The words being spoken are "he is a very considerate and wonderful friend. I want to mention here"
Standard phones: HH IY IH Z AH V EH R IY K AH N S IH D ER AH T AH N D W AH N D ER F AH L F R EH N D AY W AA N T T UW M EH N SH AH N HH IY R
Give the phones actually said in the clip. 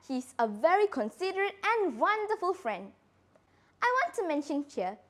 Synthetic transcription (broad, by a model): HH IY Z AH V EH R IY K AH N S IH D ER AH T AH N W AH N D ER F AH L F R EH N D AY W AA N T T UW M EH N SH AH N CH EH